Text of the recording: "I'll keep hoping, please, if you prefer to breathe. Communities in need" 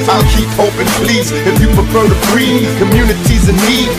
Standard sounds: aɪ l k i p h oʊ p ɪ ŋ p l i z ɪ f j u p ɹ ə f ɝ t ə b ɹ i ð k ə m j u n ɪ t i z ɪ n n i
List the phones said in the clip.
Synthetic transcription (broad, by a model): aɪ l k i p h oʊ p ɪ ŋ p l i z ɪ f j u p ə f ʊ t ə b ɹ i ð k ə m j u n ɪ t i z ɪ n n i